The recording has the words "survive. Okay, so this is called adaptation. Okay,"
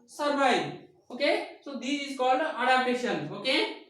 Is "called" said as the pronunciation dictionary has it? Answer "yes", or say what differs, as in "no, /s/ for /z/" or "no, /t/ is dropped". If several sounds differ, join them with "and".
no, /d/ is dropped